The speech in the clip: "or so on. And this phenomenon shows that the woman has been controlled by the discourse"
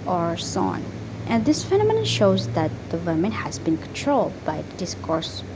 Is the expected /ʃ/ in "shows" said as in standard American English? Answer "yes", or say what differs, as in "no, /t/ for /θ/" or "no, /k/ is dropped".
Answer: yes